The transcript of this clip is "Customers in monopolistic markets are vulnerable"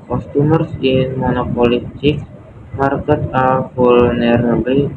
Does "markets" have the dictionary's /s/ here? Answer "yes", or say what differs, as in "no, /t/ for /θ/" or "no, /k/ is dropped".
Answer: no, /s/ is dropped